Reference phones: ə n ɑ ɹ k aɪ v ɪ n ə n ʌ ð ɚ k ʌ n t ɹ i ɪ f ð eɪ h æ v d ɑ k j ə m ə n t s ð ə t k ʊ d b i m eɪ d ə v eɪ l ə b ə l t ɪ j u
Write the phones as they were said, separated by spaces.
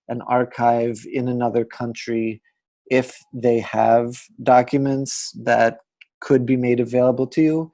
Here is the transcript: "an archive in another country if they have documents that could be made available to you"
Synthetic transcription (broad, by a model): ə n ɑ ɹ k aɪ v ɪ n ə n ʌ ð ɚ k ʌ n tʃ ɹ i ɪ f ð eɪ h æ v d ɑ k j ə m ə n t s ð ə t k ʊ d b i m eɪ d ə v eɪ l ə b l t ɪ j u